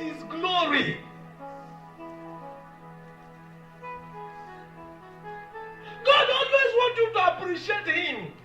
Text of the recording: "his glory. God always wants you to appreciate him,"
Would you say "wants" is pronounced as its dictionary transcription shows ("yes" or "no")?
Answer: no